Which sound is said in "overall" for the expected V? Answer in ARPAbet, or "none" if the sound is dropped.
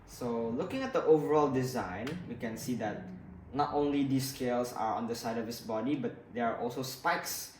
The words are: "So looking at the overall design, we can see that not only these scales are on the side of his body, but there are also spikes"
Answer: V